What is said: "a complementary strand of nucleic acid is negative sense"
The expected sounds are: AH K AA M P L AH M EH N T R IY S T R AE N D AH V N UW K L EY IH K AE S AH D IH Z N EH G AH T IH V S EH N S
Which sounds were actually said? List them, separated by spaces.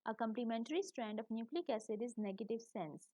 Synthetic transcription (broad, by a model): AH K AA M P L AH M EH N T R IY S T R AE N D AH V N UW K L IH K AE S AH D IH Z N EH G AH T IH V S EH N S